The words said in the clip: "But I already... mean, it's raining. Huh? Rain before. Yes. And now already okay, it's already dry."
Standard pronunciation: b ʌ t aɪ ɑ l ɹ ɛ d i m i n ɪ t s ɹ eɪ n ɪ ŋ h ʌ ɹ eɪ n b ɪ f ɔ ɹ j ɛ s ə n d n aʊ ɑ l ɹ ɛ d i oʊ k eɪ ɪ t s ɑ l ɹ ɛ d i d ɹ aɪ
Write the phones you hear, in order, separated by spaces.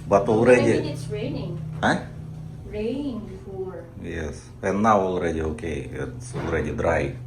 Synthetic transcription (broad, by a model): b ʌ t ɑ l ɹ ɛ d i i ɪ t s ɹ eɪ n ɪ ŋ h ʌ ɹ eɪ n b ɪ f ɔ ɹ j ɛ s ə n n aʊ ɑ l ɹ ɛ d i oʊ k eɪ ɪ t s ɑ l ɹ ɛ d i d ɹ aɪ